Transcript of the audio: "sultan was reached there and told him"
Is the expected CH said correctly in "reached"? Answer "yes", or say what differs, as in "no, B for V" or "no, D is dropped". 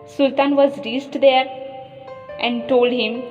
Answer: no, S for CH